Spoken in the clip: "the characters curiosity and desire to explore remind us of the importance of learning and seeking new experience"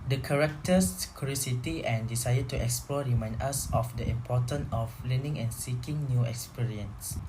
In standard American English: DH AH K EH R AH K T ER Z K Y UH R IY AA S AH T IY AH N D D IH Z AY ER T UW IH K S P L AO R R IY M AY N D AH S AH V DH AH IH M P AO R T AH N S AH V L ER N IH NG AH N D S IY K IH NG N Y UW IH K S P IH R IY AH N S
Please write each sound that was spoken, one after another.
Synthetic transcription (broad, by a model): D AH K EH R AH K T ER S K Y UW R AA S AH T IY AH N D D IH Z AY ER T UW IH K S P L AO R R IY M AY N D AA S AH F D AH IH M P AO T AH N AH F L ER N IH NG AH N S IY K IH NG N Y UW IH K S P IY R IY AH N S